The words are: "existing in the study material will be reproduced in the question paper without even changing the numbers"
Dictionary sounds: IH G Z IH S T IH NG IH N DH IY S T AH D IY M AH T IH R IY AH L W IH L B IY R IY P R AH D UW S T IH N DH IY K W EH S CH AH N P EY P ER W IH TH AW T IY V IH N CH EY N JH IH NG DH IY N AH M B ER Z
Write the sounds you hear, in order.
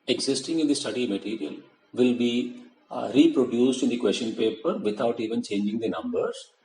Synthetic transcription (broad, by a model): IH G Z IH S T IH NG IH N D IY S T AH D IY M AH T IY R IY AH L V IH L B IY R IY P R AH D UW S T IH N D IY K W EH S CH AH N P EY P ER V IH T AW T IY V IH N CH EY N JH IH NG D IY N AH M B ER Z